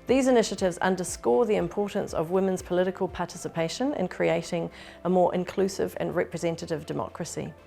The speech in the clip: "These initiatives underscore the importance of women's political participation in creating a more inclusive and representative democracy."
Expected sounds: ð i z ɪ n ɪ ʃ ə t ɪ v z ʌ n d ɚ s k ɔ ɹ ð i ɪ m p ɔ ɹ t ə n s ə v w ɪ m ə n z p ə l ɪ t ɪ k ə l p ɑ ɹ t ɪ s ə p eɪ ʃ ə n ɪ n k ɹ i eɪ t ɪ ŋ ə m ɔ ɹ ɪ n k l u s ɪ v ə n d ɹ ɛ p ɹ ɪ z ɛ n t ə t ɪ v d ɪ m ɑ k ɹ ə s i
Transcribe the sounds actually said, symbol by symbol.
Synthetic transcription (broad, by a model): ð i z ɪ n ɪ ʃ ə t ɪ v z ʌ n d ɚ s k ɔ ð i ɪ m p ɔ t n s ə v w ɪ m ə n z p ə l ɪ t ɪ k ə l p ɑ t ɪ s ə p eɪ ʃ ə n ɪ n k ɹ i eɪ t ɪ ŋ ə m ɔ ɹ ɪ n k l u s ɪ v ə n ɹ ɛ p ɹ ɪ z ɛ n t ə t ɪ v d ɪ m ɑ k ɹ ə s i